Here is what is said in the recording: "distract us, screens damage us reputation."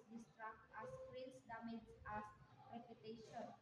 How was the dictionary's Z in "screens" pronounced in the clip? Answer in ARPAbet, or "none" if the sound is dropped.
S